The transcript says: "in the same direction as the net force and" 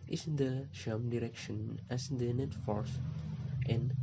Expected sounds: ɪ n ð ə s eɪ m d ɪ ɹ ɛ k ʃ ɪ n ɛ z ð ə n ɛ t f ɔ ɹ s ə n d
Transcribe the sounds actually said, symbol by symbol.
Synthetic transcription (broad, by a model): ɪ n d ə ʃ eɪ m d ɪ ɹ ɛ k ʃ ɪ n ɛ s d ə n ɛ t f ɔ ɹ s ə n